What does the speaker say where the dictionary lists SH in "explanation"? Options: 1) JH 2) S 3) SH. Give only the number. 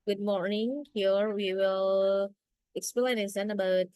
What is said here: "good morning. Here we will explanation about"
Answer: 2